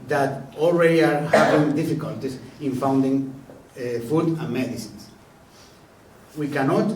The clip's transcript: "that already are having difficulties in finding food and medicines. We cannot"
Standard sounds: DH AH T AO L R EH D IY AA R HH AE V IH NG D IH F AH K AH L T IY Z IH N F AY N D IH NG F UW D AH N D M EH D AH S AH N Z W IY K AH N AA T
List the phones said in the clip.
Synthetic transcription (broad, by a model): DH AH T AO L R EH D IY AA R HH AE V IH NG D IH F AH K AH L T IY S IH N F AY N D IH NG F UW D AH N M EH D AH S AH N S W IY K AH N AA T